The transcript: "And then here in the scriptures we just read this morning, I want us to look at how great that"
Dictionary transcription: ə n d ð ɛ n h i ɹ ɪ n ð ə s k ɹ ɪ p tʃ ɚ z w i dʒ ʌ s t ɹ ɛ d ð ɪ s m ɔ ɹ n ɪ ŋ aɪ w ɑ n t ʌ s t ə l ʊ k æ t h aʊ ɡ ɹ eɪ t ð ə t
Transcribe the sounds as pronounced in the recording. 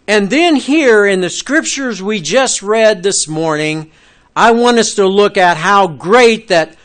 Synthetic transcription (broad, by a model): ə n ð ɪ n h i ɹ ɪ n ð ə s k ɹ ɪ p tʃ ɚ z w i dʒ ʌ s t ɹ ɛ d ð ɪ s m ɔ ɹ n ɪ ŋ aɪ w ɑ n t ʌ s t ə l ʊ k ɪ t h aʊ ɡ ɹ eɪ t ð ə t